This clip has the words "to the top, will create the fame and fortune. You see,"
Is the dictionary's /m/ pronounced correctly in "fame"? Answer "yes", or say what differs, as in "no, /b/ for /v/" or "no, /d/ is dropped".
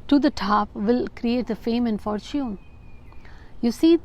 yes